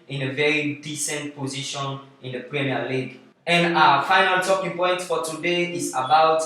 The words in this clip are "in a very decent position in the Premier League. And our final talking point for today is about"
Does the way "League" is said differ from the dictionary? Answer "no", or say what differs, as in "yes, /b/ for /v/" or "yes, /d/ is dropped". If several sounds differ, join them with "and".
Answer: no